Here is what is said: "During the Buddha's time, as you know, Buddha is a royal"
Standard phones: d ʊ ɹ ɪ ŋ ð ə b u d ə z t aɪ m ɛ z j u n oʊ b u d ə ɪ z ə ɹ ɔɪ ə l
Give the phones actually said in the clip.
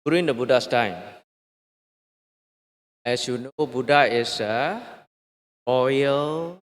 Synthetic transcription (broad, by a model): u ɹ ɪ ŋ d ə b u d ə s t aɪ m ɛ s j u n oʊ b u d ə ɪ s ə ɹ ɔɪ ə l